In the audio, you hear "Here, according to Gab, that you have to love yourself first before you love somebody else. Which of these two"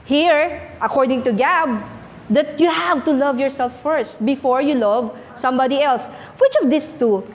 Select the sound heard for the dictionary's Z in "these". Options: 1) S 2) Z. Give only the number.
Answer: 1